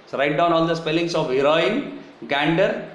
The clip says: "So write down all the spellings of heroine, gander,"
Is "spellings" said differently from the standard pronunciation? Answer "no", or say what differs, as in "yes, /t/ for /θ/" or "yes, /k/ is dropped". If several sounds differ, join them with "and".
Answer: yes, /s/ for /z/